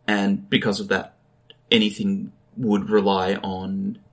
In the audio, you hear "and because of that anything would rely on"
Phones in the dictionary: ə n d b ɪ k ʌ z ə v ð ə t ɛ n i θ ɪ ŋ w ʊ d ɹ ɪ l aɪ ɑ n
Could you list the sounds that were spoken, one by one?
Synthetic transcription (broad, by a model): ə n b ɪ k ʌ z ə v ð ə t ɛ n i θ ɪ ŋ w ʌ d ɹ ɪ l aɪ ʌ n